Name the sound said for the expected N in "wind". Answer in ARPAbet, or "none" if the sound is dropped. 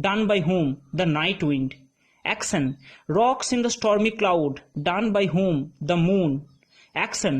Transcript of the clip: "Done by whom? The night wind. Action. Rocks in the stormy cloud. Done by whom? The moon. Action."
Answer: N